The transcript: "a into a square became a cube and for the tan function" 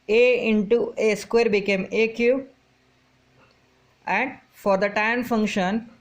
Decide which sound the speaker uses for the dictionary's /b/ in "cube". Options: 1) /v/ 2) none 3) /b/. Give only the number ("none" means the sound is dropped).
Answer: 2